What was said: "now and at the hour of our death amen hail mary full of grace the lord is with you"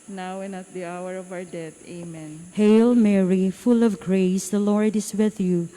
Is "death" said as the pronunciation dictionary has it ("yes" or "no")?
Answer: no